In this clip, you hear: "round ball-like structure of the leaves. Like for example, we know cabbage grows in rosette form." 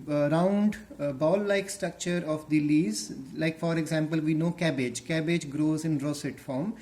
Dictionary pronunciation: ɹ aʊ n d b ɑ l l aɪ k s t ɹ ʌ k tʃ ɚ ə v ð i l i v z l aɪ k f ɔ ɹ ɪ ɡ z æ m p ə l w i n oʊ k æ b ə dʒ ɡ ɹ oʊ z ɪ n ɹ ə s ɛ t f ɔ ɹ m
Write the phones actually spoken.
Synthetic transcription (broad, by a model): ɹ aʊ n d b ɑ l l aɪ k s t ɹ ʌ k tʃ ɚ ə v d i l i z l aɪ k f ɔ ɹ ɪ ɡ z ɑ m p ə l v i n oʊ k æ b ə dʒ ɡ ɹ oʊ z ɪ n ɹ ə s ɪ t f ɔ ɹ m